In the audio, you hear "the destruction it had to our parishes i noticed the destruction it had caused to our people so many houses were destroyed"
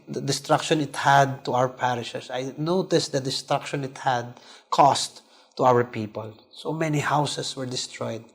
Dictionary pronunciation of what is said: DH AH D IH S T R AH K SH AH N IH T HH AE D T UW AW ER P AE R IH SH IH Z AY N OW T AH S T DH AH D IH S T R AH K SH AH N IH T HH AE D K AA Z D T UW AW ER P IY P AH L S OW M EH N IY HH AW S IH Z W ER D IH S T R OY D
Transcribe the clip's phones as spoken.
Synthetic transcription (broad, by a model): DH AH D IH S T R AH K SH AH N IH T HH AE D T UW AW ER P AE R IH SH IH S AY N OW T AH S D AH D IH S T R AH K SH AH N IH T HH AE D K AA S T UW AW ER P IY P AH L S OW M EH N IY HH AW S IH S W ER D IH S T R OY D